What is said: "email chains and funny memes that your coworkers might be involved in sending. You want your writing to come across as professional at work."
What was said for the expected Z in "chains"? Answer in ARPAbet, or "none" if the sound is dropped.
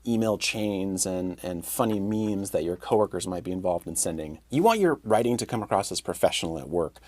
Z